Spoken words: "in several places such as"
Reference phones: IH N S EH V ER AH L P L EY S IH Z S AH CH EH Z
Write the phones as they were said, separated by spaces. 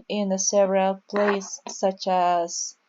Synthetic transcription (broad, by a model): IH N S EH V ER AH L P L EY IH S AH CH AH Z